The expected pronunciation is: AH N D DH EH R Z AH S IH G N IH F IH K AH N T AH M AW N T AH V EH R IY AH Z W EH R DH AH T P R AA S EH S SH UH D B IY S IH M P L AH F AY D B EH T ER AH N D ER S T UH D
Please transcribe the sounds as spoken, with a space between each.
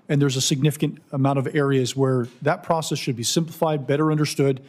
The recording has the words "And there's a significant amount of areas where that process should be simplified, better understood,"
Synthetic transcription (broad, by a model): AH N DH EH R Z AH S IH G N IH F IH K AH N T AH M AW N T AH V EH R IY AH Z W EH R DH AH T P R AA S EH S SH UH D B IY S IH M P L AH F AY D B EH T ER AH N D ER S T UH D